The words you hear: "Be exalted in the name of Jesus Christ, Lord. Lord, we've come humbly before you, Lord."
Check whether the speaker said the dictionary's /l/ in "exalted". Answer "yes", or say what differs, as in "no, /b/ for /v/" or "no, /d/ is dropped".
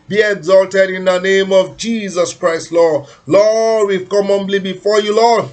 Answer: yes